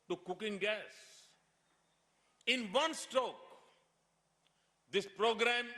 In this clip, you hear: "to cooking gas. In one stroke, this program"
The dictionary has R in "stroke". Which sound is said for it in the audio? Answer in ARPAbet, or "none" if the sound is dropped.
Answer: none